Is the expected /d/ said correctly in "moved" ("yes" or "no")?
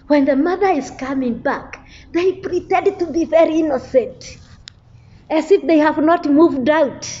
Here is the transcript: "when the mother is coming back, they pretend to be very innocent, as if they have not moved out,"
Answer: yes